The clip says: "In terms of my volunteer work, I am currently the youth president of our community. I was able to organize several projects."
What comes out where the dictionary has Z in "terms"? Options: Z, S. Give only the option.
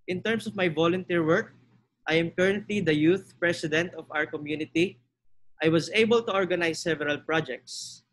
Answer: S